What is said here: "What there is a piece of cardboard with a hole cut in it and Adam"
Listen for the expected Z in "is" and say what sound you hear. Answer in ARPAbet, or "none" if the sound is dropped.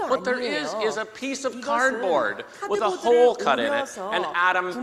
Z